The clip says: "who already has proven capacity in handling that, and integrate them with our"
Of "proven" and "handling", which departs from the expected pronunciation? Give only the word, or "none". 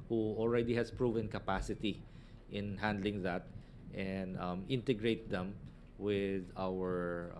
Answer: none